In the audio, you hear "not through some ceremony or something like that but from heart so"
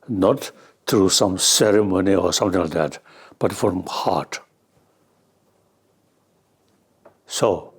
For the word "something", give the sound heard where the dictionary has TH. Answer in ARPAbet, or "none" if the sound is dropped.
T